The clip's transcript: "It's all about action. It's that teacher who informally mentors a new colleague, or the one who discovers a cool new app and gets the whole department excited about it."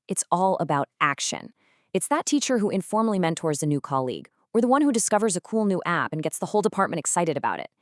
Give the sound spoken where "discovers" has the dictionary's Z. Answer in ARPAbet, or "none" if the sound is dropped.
Z